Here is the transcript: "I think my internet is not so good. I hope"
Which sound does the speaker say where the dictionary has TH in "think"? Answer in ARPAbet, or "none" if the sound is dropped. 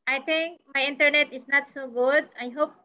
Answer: T